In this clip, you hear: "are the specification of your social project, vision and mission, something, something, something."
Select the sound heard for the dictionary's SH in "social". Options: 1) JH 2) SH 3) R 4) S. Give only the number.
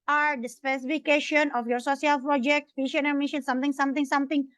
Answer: 4